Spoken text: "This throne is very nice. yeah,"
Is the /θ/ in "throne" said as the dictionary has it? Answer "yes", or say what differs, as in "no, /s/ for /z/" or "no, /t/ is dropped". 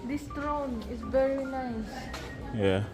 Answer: no, /t/ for /θ/